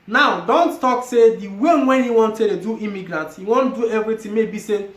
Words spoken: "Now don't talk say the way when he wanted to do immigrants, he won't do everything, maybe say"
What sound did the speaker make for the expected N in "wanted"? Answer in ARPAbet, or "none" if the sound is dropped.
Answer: N